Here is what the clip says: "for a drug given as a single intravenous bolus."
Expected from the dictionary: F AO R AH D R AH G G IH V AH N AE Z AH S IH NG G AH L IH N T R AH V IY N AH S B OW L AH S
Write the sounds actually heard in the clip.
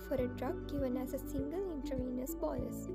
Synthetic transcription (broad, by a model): F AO R AH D R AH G G IH V AH N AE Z AH S IH NG G AH L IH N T AH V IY N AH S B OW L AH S